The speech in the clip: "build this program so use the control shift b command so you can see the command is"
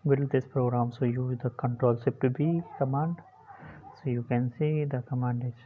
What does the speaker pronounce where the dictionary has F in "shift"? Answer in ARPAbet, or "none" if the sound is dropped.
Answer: P